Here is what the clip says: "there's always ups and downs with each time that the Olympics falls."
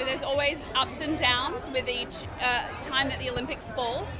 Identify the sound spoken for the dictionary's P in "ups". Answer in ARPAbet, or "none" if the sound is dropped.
P